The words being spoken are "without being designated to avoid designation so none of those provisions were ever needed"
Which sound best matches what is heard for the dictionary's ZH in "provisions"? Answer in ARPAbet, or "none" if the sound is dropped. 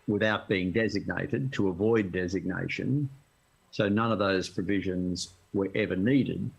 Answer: ZH